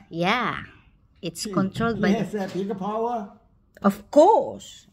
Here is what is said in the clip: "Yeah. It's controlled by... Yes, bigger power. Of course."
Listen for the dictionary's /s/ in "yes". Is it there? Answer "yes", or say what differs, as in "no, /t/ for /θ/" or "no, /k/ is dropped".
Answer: no, /s/ is dropped